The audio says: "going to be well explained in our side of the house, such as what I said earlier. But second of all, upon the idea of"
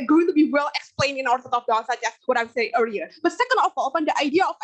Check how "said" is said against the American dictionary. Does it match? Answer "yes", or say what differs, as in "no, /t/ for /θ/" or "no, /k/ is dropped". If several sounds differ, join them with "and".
no, /d/ is dropped